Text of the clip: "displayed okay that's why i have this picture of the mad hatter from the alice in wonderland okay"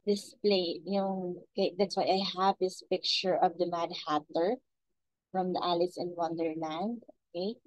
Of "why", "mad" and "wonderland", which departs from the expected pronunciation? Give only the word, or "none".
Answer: none